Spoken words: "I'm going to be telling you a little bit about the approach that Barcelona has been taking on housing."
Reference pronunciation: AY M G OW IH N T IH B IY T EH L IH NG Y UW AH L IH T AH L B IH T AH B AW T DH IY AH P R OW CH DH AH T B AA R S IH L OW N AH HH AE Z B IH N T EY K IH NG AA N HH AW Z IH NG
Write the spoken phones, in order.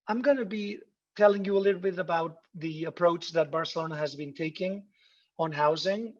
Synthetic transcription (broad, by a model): AY M G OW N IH B IY T EH L IH NG Y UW AH L IH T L B IH T AH B AW T DH IY AH P R OW CH DH AH T B AA R S IH L OW N AH HH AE Z B IH N T EY K IH NG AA N HH AW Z IH NG